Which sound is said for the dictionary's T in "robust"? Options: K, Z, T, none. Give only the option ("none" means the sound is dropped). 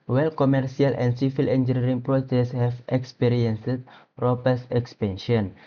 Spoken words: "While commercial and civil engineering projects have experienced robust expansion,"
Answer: none